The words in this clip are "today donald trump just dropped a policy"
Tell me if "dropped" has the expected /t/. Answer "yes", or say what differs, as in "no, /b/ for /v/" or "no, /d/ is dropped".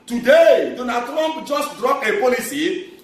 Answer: no, /t/ is dropped